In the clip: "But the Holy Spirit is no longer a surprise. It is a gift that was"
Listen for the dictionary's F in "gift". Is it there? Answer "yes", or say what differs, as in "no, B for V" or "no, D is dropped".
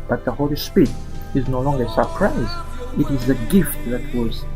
yes